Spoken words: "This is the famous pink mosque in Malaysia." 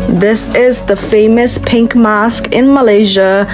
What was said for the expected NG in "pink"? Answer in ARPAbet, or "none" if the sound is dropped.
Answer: NG